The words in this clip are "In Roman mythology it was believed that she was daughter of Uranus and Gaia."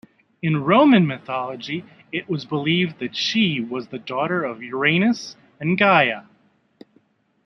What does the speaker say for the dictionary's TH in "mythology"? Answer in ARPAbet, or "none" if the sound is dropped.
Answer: TH